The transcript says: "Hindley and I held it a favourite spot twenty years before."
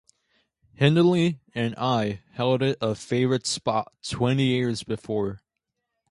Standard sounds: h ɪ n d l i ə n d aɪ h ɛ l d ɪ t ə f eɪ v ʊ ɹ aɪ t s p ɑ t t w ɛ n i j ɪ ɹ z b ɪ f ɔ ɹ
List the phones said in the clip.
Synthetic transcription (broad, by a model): h ɪ n d l i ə n aɪ h ɛ l d ɪ t ə f eɪ v ɹ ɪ t s p ɑ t t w ɛ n i j ɪ ɹ z b ɪ f ɔ ɹ